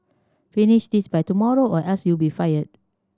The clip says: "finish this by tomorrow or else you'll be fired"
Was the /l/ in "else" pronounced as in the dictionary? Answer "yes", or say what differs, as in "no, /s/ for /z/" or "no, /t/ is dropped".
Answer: no, /l/ is dropped